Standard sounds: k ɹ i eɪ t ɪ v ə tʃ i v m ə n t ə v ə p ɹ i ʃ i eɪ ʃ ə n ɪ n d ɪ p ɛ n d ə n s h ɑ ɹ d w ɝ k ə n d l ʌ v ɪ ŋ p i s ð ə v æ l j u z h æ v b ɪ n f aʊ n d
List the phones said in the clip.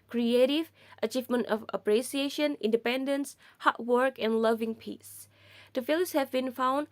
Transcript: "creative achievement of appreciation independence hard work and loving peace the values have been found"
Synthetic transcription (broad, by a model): k ɹ i eɪ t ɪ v ə tʃ i v m ə n t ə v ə p ɹ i s i eɪ ʃ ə n ɪ n d ɪ p ɛ n d ə n s h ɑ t w ɝ k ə n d l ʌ v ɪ ŋ p i s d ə f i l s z h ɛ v b ɪ n f aʊ n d